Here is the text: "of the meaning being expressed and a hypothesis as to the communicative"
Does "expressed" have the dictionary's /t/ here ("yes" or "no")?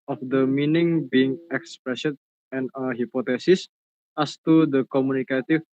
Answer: no